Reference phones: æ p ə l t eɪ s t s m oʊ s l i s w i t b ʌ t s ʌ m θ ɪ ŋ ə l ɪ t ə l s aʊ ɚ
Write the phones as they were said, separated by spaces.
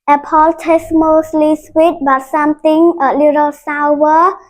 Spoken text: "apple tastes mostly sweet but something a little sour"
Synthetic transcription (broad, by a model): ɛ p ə l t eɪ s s m oʊ s l i s w i t b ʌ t s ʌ m t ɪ ŋ ə l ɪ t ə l s aʊ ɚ